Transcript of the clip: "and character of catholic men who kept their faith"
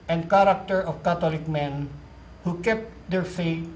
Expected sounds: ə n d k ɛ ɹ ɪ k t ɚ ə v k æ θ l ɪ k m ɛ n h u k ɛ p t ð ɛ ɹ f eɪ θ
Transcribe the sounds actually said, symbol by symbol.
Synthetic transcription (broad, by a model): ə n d k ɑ ɹ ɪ k t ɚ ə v k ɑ t l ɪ k m ɛ n h u k ɛ p t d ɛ ɹ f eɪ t